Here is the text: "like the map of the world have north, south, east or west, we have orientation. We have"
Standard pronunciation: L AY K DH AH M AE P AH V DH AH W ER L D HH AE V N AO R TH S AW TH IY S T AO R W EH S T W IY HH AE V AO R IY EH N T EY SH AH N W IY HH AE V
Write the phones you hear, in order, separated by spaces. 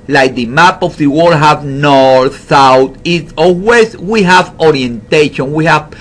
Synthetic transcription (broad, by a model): L AY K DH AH M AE P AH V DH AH W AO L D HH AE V N AO R TH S AW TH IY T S AO L W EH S W IY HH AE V AO R IY EH N T EY SH AH N W IY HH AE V